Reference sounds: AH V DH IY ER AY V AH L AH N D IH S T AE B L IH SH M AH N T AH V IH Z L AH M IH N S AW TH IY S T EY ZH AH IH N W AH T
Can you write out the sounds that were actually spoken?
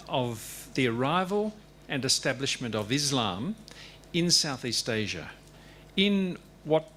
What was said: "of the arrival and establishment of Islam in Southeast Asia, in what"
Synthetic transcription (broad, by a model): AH V DH IY ER AY V AH L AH N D IH S T AE B L IH SH M AH N T AH V IH Z L AH M IH N S AW TH IY S T EY ZH AH IH N W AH T